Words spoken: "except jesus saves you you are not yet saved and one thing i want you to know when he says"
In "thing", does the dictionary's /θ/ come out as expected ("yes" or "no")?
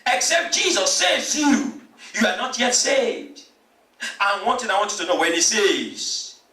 no